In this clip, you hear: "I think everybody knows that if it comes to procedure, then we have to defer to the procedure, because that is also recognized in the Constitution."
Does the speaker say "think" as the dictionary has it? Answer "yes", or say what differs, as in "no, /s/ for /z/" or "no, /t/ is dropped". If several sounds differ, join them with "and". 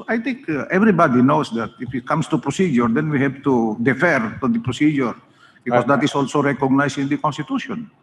no, /t/ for /θ/